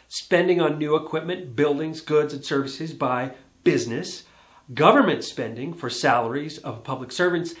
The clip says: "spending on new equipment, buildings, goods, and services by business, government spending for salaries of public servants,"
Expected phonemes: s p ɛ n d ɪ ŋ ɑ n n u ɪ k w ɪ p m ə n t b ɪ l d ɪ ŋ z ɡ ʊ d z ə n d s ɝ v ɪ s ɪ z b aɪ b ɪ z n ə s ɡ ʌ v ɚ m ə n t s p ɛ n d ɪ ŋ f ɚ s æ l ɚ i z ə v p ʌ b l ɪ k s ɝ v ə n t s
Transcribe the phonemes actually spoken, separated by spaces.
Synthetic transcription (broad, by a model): s p ɛ n d ɪ ŋ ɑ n n u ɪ k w ɪ p m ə n b ɪ l d ɪ ŋ z ɡ ʊ d z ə n s ɝ v ɪ s ɪ z b aɪ b ɪ z n ə s ɡ ʌ v ɚ m ə n t s p ɛ n d ɪ ŋ f ɚ s æ l ɚ i z ə v p ʌ b l ɪ k s ɝ v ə n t s